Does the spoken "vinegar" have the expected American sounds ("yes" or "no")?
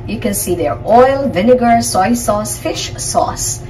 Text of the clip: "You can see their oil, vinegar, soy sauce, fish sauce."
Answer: yes